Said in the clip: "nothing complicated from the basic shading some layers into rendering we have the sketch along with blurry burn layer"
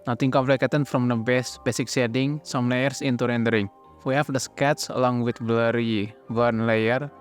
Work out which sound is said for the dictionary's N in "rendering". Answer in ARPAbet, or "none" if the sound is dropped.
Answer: N